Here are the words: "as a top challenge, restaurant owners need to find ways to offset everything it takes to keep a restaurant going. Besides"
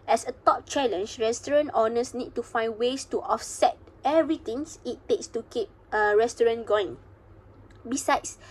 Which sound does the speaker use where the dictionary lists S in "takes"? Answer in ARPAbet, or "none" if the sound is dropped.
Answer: S